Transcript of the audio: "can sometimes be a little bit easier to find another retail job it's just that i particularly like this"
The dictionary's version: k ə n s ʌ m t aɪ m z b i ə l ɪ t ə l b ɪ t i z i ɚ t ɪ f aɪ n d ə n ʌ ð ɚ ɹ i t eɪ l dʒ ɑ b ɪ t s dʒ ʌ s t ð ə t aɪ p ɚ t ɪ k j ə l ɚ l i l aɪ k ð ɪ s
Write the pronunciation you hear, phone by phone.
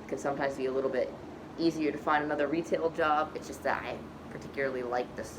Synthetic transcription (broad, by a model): k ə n s ʌ m t aɪ m z b i ə l ɪ t l b ɪ t i z i ɚ t ɪ f aɪ n d ə n ʌ ð ɚ ɹ i t eɪ l dʒ ɑ b ɪ t s dʒ ʌ s t ð ə t aɪ p ɚ t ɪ k j l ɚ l i l aɪ k ð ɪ s